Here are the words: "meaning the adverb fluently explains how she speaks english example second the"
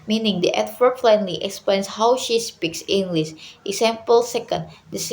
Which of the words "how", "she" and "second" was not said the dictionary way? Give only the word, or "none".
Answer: none